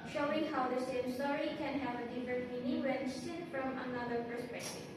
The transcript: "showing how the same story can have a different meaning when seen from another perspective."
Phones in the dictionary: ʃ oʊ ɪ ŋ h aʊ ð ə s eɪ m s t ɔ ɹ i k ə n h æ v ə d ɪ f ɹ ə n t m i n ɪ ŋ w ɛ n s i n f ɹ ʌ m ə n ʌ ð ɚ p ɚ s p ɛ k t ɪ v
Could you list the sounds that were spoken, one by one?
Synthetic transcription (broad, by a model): ʃ oʊ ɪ ŋ h aʊ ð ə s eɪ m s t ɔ ɹ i k ə n h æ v ə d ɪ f ɹ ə n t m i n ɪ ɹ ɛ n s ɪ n f ɹ ʌ m ə n ʌ ð ɚ p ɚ s p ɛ k t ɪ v